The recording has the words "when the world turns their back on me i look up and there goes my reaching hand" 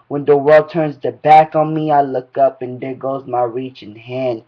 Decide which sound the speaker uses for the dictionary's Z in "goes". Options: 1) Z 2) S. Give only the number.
1